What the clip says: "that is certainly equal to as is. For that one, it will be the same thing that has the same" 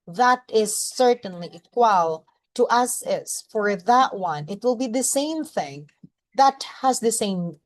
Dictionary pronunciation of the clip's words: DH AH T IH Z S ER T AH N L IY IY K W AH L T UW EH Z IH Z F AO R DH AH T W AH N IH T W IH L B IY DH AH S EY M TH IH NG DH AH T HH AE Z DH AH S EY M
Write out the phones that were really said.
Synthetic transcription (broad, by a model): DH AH T IH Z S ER T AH N L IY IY K W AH L T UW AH S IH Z F AO R DH AH T W AH N IH T W IH L B IY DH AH S EY M TH IH NG DH AH T HH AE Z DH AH S EY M